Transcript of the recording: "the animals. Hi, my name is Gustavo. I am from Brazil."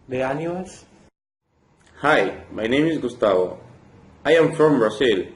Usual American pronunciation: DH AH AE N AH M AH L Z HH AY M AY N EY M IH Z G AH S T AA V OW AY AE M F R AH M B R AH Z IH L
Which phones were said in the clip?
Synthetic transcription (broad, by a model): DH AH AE N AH AH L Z HH AY M AY N EY M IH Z G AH S T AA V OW AY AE M F R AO M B R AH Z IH L